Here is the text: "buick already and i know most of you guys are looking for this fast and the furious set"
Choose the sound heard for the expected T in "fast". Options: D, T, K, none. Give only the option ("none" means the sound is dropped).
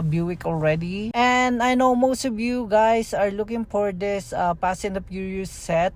none